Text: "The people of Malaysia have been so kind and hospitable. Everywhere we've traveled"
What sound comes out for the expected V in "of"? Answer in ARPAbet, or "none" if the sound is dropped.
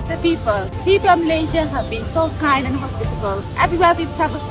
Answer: P